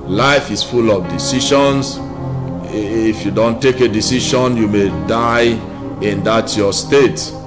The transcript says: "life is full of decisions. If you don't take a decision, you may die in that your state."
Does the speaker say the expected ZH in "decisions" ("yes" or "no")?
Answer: no